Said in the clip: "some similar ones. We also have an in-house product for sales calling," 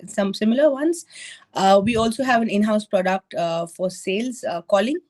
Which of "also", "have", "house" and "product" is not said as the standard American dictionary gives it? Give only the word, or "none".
none